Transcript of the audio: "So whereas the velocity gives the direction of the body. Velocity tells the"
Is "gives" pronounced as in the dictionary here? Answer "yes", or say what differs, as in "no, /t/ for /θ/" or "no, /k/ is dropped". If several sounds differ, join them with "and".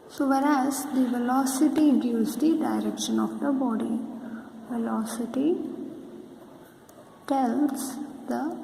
no, /v/ is dropped